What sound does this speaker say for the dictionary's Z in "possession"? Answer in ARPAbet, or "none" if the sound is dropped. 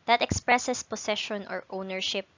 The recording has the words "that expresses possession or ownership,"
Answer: S